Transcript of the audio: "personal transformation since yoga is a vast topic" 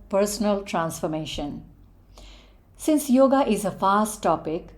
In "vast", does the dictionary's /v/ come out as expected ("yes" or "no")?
no